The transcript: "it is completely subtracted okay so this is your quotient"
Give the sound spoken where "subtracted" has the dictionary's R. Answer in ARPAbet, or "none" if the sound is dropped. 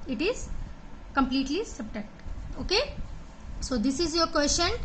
none